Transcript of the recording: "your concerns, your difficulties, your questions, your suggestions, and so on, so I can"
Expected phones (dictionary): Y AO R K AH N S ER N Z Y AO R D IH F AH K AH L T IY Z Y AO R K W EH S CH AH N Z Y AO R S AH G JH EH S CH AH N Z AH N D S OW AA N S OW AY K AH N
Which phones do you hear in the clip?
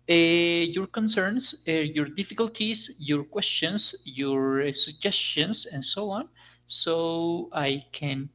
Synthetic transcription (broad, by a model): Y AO R K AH N S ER N S Y AO R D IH F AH K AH L T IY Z Y AO R K W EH S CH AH N S Y AO R S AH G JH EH S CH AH N S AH N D S OW AA N S OW AY K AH N